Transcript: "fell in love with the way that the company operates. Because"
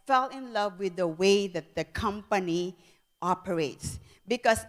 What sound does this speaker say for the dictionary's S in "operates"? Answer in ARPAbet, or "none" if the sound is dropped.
S